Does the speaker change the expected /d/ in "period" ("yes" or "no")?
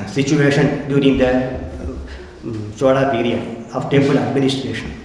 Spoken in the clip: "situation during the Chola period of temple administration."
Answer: yes